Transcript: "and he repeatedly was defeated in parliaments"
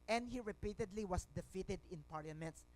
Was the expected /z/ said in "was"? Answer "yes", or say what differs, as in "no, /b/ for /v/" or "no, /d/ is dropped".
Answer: no, /s/ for /z/